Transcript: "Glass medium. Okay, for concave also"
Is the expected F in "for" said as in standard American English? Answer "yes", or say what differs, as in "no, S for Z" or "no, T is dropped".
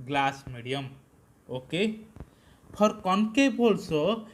no, P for F